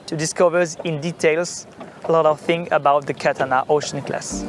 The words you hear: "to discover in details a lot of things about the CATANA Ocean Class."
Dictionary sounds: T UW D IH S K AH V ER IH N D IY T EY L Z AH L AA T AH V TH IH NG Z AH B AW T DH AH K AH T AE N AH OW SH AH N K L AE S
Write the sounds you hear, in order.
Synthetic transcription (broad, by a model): T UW D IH S K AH V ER IH N D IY T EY L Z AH L AA T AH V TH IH NG AH B AW T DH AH K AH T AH N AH OW SH AH N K L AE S